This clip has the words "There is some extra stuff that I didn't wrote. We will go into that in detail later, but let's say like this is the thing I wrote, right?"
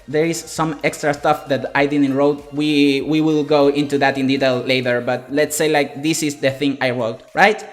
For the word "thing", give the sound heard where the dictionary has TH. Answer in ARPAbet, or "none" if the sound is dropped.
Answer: TH